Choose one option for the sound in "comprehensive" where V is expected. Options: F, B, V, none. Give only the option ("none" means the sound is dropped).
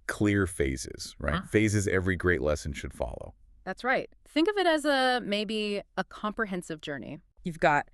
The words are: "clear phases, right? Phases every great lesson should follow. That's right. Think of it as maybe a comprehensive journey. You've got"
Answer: V